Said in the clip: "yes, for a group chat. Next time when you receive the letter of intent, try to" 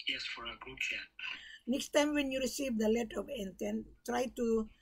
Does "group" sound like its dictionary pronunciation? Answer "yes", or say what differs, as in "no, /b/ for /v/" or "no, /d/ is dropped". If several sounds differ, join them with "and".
no, /ɹ/ is dropped